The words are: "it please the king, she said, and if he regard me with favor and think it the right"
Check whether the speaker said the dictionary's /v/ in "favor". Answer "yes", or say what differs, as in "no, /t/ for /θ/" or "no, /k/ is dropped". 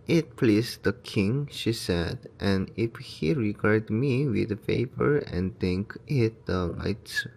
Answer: no, /p/ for /v/